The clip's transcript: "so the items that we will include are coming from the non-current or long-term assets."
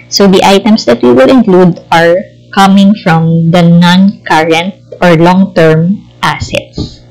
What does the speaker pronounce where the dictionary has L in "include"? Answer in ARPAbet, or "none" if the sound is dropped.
L